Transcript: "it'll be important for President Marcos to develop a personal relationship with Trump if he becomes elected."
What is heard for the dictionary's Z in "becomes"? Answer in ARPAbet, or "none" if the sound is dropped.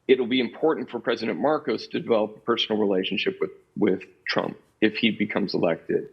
Z